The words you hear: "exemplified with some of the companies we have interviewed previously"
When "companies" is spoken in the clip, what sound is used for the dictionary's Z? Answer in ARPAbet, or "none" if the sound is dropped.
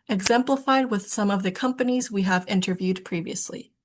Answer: Z